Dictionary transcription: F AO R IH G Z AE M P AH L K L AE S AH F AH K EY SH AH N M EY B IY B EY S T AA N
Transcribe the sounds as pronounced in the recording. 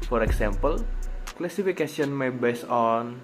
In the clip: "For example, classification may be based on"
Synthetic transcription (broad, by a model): F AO R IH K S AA M P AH L K L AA S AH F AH K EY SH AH N M EY B IY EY S AA N